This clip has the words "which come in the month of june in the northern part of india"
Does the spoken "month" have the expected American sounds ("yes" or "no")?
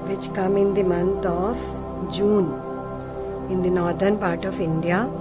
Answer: no